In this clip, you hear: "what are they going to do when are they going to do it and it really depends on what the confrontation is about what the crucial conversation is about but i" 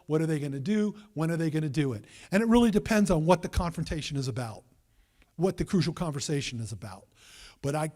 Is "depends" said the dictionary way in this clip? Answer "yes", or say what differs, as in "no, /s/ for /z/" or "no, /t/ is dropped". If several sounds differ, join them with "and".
yes